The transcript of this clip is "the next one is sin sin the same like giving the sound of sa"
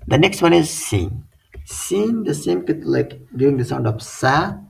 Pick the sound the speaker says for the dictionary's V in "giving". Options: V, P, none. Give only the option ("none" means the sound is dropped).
none